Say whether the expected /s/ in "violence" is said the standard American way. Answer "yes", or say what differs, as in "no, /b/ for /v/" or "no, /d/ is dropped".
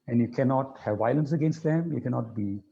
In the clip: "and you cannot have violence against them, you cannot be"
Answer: yes